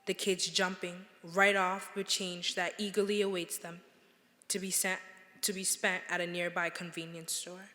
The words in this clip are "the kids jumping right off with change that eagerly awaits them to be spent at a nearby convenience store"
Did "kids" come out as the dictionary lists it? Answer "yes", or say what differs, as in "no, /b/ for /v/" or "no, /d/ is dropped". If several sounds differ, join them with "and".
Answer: yes